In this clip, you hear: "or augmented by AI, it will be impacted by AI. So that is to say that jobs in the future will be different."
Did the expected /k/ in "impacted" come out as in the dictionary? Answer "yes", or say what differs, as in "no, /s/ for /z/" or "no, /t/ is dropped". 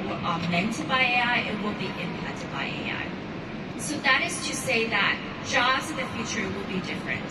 no, /k/ is dropped